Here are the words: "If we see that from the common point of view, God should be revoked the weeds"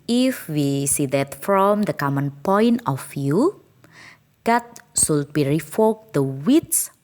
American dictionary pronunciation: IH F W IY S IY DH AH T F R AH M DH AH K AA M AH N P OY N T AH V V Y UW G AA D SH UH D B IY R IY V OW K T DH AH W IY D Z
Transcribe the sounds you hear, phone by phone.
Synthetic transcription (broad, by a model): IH F W IY S IY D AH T F R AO M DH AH K AA M AH N P OY N T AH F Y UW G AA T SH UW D B IY R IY F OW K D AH W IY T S